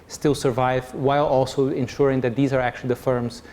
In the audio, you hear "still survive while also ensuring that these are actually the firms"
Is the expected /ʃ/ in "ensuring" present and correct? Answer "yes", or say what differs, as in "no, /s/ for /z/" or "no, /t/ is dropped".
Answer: yes